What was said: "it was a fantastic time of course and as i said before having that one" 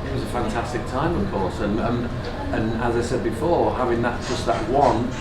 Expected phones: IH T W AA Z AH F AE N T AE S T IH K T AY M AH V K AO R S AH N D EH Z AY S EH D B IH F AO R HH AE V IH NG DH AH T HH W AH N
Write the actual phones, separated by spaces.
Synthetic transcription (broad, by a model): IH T W AA Z AH F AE N T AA S T IH K T AY M AH V K AO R S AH N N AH Z AY S EH D B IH F AO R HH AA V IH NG DH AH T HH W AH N